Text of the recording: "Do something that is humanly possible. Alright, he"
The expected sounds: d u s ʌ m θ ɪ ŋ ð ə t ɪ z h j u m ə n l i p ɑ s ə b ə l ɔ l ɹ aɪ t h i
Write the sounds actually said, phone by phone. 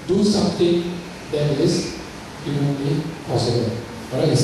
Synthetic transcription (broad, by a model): d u s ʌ m t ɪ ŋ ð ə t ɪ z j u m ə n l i p ɑ s ə b ə l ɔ ɹ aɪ